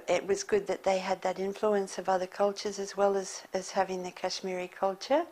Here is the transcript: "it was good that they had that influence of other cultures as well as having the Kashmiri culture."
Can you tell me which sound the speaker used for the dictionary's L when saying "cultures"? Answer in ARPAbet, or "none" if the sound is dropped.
L